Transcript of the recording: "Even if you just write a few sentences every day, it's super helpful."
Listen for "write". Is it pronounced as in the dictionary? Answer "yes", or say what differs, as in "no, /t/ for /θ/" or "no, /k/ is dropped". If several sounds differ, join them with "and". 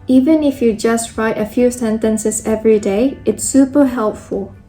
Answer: yes